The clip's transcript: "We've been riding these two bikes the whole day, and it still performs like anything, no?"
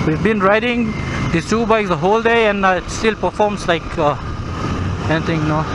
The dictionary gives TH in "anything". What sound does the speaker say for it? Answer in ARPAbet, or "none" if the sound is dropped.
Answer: T